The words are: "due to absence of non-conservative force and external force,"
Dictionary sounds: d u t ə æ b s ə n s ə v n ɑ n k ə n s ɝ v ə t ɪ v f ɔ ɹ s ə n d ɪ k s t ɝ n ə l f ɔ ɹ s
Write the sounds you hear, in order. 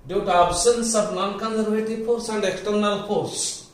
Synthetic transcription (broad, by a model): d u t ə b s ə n s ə b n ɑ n k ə n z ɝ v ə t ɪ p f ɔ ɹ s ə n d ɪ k t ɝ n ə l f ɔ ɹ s